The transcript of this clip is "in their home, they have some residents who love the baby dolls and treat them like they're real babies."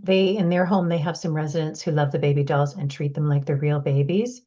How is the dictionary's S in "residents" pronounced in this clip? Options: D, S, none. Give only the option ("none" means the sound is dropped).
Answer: S